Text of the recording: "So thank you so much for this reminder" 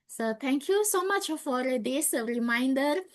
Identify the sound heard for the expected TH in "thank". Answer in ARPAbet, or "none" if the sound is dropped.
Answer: T